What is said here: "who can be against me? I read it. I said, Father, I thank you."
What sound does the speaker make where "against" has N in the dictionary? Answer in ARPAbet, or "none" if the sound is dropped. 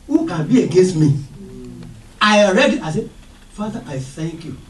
N